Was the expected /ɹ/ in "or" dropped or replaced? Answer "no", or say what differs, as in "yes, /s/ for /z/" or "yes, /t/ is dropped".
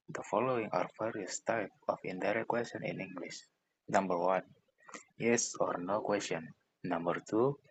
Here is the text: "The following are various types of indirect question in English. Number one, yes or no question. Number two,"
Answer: no